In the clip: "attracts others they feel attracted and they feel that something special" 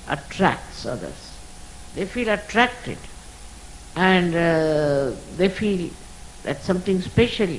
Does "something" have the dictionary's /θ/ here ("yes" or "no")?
no